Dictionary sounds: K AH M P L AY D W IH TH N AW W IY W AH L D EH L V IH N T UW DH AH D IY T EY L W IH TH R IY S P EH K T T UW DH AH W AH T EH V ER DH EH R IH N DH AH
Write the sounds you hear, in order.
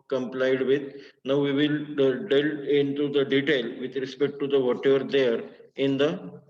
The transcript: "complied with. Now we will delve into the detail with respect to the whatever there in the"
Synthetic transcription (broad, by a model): K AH M P L AY D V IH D N AW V IY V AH L D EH L IH N T UW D AH D IY T EY L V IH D R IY S P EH K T T UW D AH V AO T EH V ER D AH R IH N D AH